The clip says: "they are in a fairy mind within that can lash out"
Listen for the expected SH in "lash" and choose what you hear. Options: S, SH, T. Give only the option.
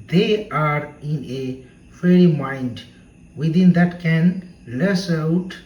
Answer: S